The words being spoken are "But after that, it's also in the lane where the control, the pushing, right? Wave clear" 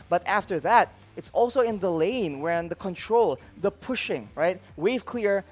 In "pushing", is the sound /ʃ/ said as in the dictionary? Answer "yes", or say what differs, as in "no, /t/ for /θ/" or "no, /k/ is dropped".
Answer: yes